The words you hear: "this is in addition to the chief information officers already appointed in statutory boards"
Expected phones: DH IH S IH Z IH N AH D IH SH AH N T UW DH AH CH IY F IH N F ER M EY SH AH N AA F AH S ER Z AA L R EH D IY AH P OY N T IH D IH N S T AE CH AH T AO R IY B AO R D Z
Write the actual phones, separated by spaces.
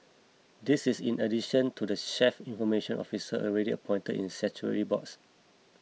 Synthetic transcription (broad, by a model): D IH S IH S IH N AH D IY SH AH N T UW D AH SH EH F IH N F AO M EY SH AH N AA F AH S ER AA L R EH D IY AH P OY N T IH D IH N S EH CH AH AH R IY B AO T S